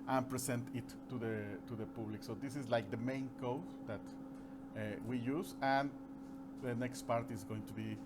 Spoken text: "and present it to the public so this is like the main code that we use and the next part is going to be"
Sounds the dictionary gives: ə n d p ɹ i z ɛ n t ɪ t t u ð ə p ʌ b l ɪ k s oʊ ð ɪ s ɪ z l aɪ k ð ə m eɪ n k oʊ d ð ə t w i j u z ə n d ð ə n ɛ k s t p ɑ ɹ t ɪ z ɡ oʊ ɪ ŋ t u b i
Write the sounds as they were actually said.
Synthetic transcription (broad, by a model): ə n p ɹ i s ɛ n t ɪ t t u ð ə p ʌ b l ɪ k s oʊ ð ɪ s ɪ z l aɪ k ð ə m eɪ n k oʊ d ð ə t w i j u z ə n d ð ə n ɛ k s t p ɑ ɹ t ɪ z ɡ oʊ ɪ ŋ t u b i